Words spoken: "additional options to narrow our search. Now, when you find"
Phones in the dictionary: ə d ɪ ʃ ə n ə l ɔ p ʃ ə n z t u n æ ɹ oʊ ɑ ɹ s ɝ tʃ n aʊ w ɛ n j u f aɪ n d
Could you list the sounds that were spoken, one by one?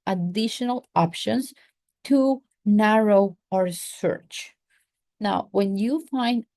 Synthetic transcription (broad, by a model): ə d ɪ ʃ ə n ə l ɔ p ʃ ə n s t u n æ ɹ oʊ ɑ ɹ s ɝ tʃ n aʊ w ɛ n j u f aɪ n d